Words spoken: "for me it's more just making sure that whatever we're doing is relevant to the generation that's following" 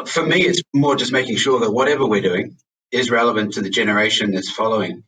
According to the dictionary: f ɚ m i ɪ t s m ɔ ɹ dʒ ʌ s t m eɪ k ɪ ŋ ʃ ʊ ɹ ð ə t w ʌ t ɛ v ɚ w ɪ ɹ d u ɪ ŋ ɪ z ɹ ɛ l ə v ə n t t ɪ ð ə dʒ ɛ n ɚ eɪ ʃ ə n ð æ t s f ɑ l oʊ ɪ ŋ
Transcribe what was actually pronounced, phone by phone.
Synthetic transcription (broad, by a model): f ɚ m i ɪ t s m ɔ ɹ dʒ ʌ s m eɪ k ɪ ŋ ʃ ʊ ɹ ð ə t w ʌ t ɛ v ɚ w ɪ ɹ d u ɪ ŋ ɪ z ɹ ɛ l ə v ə n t t ɪ ð ə dʒ ɛ n ɚ eɪ ʃ ə n ð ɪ t s f ɑ l oʊ ɪ ŋ